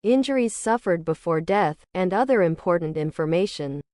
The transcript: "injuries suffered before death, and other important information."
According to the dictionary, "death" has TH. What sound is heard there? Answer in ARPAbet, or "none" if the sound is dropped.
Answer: TH